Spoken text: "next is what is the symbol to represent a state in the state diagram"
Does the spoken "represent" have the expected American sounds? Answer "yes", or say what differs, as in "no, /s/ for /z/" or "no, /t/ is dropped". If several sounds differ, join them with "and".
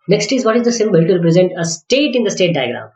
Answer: yes